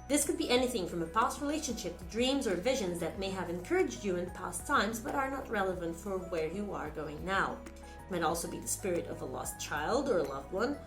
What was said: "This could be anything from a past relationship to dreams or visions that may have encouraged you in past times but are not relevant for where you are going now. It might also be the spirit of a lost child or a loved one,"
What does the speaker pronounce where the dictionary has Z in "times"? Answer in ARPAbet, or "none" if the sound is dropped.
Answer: Z